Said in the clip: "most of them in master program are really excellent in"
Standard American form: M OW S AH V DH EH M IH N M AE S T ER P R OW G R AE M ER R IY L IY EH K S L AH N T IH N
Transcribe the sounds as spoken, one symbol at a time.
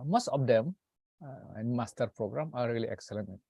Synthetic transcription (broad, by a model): M OW S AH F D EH M IH N M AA S T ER P R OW G R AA M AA R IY L IY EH K S AH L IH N